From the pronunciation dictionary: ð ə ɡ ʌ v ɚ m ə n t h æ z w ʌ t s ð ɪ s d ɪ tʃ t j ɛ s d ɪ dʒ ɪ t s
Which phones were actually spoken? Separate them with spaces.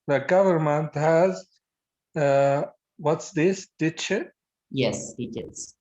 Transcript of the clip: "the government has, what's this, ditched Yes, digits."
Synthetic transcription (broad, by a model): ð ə ɡ ʌ v ɚ m ə n t h æ z w ʌ t s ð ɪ s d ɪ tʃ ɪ j ɛ s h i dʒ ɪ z